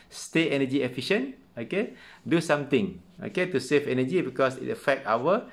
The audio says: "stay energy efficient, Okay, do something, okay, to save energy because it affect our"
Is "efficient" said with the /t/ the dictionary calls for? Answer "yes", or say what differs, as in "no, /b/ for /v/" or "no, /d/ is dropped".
no, /t/ is dropped